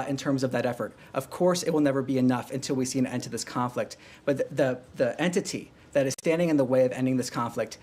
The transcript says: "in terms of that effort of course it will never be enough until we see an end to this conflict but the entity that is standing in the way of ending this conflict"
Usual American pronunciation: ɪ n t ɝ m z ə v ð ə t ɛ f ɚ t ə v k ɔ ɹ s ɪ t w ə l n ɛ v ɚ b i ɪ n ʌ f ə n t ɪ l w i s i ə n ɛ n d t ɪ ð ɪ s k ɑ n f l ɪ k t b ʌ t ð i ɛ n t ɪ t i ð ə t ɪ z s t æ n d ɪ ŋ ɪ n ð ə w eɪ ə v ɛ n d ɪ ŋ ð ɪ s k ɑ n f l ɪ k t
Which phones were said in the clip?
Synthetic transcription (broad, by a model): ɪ n t ɝ m z ə v ð ə t ɛ f ɚ t ə v k ɔ ɹ s ɪ t w ə l n ɛ v ɚ b i ɪ n ʌ f ə n t ɪ l w i s i ə n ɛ n t ɪ ð ɪ s k ɑ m f l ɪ k t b ʌ t ð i ɛ n t ɪ t i ð ə t ɪ z s t æ n d ɪ ŋ ɪ n ð ə w eɪ ə v ɛ n d ɪ ŋ ð ɪ s k ɑ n f l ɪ k t